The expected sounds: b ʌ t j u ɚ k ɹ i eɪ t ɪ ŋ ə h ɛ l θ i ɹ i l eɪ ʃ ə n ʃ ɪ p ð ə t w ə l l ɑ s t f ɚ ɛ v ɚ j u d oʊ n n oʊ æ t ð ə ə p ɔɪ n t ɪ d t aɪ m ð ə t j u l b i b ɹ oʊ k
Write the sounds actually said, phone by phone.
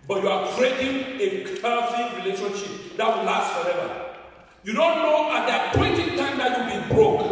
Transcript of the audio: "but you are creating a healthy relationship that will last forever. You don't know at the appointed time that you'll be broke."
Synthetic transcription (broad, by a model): b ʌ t j u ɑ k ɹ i eɪ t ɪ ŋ ə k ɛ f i ɹ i l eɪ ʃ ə n ʃ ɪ p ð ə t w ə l l ɑ s t f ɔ ɛ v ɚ j u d oʊ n n oʊ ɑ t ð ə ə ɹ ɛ t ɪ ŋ t aɪ m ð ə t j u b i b ɹ oʊ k